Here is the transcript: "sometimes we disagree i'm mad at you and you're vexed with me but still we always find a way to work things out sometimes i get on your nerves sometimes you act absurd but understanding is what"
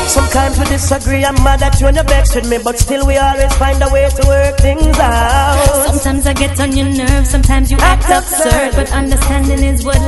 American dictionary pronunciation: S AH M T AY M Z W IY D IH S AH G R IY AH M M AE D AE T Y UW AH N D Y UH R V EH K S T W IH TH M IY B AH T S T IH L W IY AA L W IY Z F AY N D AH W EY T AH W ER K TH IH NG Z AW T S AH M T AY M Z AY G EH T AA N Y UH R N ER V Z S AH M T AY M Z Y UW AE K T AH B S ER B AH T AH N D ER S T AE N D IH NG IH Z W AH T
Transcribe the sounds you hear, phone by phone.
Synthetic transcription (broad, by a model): S AH M T AY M Z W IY D IH S AH G R IY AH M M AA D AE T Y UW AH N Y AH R B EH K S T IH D M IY B AH T S T IH L W IY AA L W IY Z F AY N D AH W EY T AH W ER K TH IH NG Z AW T S AH M T AY M Z AY G EH T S N Y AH R N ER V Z S AH M T AY M Z Y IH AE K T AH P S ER B AH T AH N D ER S T AE N D IH NG IH Z W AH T